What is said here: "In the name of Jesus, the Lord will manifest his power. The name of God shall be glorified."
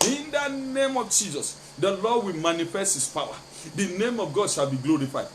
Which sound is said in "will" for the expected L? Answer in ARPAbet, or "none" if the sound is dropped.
L